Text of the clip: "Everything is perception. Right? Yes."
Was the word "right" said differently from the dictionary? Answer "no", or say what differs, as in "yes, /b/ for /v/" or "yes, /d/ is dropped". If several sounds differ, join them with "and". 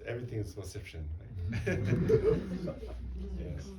yes, /l/ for /ɹ/